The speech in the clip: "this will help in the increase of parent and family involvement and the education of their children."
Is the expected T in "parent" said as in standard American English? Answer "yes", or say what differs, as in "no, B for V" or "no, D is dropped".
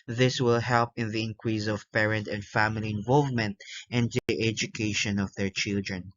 yes